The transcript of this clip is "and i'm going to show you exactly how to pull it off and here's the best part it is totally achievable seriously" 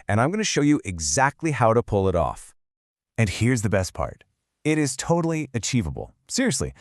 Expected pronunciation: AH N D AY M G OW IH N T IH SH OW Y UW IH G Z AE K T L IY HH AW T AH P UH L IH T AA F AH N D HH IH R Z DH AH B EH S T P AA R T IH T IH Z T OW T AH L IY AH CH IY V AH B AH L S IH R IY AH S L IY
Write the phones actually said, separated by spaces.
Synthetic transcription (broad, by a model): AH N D AY M G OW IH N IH SH OW Y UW IH G Z AE K T L IY HH AW T AH P UH L IH T AA F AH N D HH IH R Z DH AH B EH S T P AA R T IH T IH Z T OW T L IY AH CH IY V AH B L S IH R IY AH S L IY